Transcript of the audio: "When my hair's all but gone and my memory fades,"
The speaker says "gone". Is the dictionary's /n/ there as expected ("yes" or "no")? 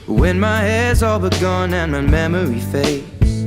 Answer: yes